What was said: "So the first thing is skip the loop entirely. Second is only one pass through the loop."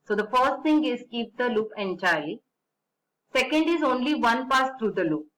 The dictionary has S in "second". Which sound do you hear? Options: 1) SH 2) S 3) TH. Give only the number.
2